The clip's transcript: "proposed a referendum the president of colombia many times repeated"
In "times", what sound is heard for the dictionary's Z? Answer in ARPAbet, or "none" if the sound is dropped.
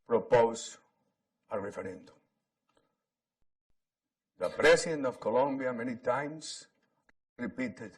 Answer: S